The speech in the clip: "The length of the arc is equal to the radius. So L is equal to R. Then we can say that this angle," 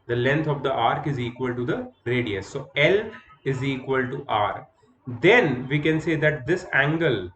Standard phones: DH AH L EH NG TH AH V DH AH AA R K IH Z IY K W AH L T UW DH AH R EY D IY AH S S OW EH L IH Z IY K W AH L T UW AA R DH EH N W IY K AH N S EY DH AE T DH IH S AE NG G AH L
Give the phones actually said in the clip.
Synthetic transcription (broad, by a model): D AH L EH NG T AH V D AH AA R K IH Z IY K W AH L T UW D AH R EY D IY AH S S OW EH L IH Z IY K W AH L T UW AA R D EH N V IY K AH N S EY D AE T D IH S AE NG G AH L